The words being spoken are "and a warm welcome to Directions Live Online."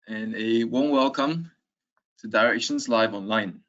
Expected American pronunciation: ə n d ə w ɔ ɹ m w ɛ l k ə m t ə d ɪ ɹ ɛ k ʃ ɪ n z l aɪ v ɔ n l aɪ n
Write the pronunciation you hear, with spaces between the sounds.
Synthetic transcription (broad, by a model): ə n ə w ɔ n w ɛ l k ə m t ə d ɪ ɹ ɛ k ʃ ɪ n z l aɪ v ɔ n l aɪ n